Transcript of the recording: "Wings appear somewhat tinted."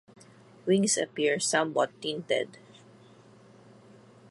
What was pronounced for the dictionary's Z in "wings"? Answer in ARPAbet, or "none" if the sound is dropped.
S